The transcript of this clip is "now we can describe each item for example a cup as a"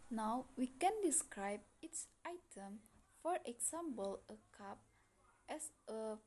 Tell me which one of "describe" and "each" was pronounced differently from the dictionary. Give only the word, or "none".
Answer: each